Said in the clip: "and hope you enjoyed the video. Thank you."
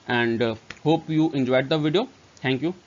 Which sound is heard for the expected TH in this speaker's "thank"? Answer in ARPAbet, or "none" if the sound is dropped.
T